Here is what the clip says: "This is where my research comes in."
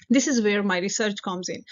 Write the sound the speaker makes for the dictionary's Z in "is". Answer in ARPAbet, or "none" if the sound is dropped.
Z